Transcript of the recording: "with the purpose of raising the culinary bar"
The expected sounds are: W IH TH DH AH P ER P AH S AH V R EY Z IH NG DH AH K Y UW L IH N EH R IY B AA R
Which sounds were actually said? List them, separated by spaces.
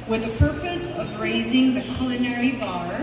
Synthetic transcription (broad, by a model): W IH DH AH P ER P AH S AH V R EY Z IH NG DH AH K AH L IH N EH R IY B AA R